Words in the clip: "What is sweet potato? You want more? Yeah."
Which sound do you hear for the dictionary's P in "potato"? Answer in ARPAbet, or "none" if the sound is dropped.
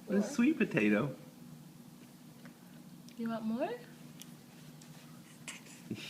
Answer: P